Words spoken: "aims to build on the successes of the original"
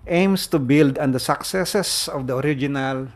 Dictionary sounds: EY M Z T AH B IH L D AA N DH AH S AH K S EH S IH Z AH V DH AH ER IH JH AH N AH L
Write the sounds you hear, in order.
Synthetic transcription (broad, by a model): EY M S T AH B IH L D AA N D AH S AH K S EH S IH S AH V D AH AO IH JH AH N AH L